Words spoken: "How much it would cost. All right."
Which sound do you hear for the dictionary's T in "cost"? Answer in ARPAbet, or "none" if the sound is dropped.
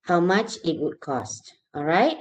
T